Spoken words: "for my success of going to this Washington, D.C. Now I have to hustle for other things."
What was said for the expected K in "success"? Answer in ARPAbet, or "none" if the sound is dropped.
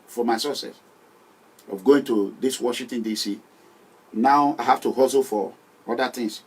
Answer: none